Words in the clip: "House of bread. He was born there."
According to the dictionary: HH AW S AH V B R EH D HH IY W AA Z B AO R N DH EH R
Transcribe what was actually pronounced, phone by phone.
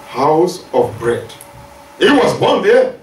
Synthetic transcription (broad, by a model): HH AW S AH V B R EH D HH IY W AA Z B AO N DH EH